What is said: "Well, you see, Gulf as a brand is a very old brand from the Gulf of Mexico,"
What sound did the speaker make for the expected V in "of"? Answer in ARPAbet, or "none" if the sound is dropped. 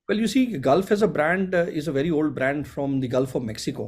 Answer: V